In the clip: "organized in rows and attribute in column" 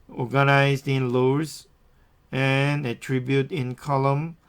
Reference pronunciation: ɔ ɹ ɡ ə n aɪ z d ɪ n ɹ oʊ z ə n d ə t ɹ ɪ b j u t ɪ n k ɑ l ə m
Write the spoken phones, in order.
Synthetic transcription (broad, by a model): ɔ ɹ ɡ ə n aɪ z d ɪ n l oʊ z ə n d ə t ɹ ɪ b j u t ɪ n k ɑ l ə m